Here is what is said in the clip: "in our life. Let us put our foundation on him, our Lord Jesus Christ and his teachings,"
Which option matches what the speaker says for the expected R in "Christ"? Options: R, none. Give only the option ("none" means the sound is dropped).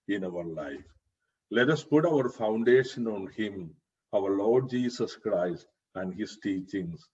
R